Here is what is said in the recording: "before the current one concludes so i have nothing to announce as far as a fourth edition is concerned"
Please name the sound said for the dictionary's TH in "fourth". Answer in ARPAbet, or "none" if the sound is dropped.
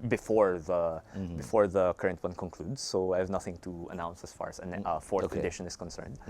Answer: T